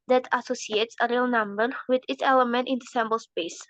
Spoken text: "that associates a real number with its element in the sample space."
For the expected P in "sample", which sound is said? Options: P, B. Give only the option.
B